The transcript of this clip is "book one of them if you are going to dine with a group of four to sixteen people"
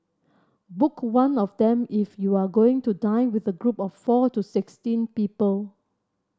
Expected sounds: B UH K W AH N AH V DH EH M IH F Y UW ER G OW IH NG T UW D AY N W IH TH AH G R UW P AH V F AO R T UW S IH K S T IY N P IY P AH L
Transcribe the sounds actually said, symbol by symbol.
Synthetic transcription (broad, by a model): B UH K W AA N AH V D EH M IH F Y UW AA G OW IH NG T UW D AY N W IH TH AH G R UW P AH F F AO T UW S IH K S T IY N P IY P AH L